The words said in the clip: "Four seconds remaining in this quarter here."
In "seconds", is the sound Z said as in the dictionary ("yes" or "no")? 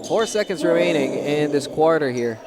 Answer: yes